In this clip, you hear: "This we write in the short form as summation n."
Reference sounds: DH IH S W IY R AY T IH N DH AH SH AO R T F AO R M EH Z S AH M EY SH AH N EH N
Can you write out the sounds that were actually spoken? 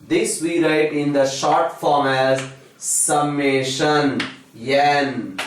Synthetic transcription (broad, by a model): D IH S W IY R AY T IH N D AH SH AO R T F AO R M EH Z S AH M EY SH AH N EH N